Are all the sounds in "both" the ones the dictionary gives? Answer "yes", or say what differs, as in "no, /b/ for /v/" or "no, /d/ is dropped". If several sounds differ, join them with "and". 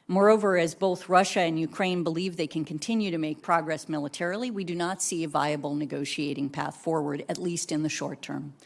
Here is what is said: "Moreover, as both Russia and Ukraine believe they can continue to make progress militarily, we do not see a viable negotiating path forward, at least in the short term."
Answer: yes